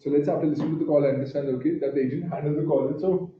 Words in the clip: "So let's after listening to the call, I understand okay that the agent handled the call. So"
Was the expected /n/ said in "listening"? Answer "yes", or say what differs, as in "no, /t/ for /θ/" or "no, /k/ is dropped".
no, /n/ is dropped